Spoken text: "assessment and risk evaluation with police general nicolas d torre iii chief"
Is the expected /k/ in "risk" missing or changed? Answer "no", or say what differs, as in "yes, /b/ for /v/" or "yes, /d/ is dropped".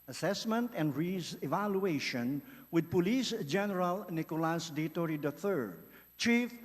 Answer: yes, /k/ is dropped